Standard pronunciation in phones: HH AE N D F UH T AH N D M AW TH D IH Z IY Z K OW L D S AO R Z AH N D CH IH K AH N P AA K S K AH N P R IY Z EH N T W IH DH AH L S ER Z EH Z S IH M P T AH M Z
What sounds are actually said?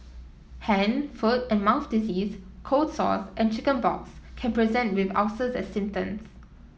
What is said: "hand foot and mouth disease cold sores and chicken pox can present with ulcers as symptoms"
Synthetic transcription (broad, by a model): HH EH N F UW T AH N M AW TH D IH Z IY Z K OW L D S AO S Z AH N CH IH K AH N B AA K S K AH N P R IY Z EH N T W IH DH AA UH S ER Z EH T S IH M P T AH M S